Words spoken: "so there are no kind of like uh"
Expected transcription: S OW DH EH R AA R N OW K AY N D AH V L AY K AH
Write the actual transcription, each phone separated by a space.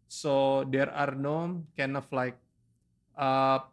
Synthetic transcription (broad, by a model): S OW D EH R AA R N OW K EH N AH F L AY K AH